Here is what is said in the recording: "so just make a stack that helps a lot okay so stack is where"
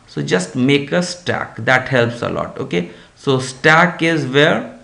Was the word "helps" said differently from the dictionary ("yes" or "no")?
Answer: no